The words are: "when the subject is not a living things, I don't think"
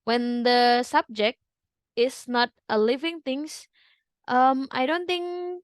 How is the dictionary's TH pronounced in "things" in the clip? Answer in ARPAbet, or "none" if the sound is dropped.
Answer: T